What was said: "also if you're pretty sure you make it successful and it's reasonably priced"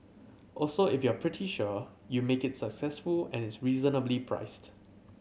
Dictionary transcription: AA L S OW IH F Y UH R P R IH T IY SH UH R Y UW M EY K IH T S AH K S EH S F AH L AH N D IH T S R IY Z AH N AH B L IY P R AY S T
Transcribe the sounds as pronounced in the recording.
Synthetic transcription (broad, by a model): AA L S OW IH F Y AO P R IH T IY SH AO Y UW M EY K IH T S AH K S EH S F AH L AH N IH T S R IY Z AH N AH B L IY P R AY S T